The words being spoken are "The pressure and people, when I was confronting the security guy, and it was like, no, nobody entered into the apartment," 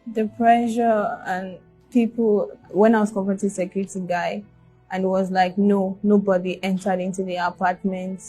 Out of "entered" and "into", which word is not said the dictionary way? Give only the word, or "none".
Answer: none